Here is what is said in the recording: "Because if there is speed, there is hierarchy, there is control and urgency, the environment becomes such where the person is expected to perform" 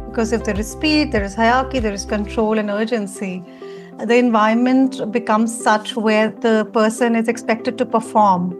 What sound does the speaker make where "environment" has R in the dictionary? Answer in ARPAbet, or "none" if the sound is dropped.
none